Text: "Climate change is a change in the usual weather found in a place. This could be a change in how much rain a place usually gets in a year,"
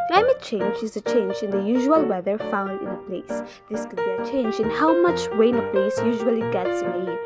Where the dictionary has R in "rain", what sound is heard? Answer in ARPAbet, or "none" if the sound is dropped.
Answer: W